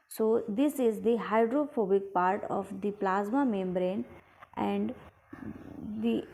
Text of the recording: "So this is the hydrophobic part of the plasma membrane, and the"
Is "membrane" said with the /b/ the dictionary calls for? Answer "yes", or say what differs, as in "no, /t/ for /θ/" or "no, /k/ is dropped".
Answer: yes